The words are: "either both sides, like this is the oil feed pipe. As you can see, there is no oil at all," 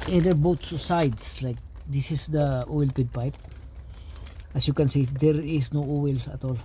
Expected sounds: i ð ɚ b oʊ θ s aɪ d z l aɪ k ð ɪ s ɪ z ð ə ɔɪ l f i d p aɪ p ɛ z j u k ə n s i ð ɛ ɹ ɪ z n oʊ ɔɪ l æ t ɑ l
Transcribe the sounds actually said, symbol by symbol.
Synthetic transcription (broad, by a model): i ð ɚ b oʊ s s aɪ d s l aɪ k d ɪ s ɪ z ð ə ɔɪ l p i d p aɪ p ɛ s j u k ə n s i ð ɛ ɹ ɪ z n oʊ ɔɪ l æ t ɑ l